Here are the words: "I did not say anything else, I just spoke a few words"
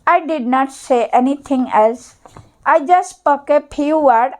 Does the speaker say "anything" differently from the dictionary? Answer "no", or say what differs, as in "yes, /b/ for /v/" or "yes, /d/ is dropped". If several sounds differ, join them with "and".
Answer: yes, /t/ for /θ/